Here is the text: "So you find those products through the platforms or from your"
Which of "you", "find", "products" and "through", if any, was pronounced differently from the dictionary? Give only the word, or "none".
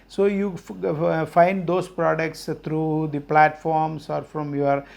through